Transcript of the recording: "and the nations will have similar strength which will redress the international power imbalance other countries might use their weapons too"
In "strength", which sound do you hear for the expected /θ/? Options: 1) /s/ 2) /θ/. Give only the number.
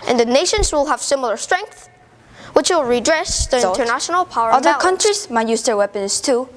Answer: 2